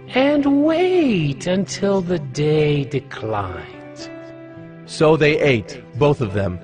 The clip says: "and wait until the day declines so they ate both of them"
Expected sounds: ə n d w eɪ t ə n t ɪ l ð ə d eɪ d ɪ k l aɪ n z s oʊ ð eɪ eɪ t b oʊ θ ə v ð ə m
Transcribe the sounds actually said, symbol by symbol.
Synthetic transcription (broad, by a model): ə n w eɪ t ə n t ɪ l ð ə d eɪ d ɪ k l aɪ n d s oʊ ð eɪ eɪ t b oʊ θ ə v ð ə m